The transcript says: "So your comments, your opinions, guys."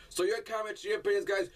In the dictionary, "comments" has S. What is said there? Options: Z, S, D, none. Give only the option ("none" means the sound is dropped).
none